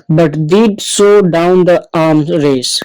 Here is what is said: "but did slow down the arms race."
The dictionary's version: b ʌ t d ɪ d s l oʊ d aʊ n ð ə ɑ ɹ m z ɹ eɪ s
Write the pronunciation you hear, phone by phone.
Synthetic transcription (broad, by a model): b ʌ t d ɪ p s oʊ d aʊ n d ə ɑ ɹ m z ɹ eɪ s